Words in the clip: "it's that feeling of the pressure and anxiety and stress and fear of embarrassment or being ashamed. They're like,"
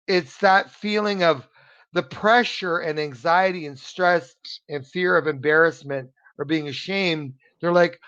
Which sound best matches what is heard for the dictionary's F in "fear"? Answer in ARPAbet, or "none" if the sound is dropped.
F